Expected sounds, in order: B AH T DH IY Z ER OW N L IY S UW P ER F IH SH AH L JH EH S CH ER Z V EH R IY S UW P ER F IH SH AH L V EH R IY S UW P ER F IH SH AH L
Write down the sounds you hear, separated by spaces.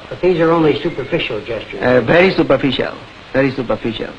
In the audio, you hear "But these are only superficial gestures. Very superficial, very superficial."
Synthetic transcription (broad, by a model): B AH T DH IY Z ER OW N L IY S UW P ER F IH SH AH L JH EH S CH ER V EH R IY S UW P ER F IH SH AH L V EH R IY S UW P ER F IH SH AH L